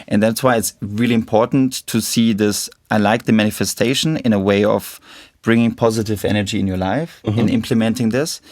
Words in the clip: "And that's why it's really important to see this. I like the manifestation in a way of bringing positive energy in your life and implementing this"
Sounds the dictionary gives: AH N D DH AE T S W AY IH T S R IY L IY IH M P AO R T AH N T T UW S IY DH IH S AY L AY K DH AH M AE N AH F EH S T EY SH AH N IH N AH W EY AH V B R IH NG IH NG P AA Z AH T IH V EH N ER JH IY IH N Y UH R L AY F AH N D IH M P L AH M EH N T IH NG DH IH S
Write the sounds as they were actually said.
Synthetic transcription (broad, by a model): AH N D DH AE T S W AY IH T S R IY L IY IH M P AO R T N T T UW S IY DH IH S AY L AY K DH AH M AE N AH F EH S T EY SH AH N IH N AH W EY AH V B R IH NG IH NG P AA Z AH T IH V EH N ER JH IY IH N Y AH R L AY F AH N IH M P L AH M EH N T IH NG DH IH S